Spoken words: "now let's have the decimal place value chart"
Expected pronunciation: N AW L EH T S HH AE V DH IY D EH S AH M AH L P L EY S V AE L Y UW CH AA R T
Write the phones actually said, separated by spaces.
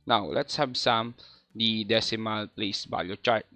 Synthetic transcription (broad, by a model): N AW L EH T S HH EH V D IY D EH S AH M AH L P L EY S B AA Y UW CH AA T